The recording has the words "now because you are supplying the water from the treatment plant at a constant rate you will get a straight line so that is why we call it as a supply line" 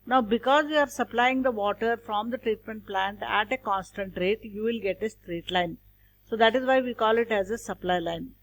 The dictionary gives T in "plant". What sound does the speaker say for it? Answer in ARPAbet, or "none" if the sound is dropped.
T